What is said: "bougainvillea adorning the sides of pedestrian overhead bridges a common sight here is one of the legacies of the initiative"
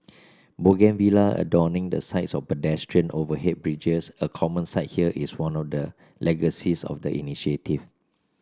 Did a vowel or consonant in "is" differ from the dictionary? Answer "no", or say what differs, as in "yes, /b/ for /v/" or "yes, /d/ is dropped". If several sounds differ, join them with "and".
yes, /s/ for /z/